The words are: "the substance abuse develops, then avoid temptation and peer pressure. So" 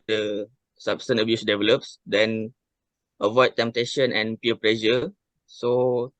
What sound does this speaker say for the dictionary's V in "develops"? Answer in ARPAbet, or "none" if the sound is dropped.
V